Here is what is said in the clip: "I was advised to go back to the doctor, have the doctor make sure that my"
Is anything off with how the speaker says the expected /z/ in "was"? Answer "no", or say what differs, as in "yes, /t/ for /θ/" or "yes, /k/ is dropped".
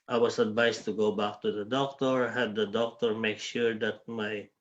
yes, /s/ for /z/